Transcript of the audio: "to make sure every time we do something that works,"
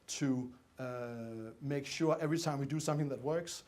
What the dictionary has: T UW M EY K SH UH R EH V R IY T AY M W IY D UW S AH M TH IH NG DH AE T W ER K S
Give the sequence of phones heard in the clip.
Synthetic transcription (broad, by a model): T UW M EY K SH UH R EH V R IY T AY M W IY D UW S AH M TH IH NG DH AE T W ER K S